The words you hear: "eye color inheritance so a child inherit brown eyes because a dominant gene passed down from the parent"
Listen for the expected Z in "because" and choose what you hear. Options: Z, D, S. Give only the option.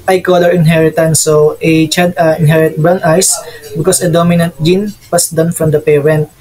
S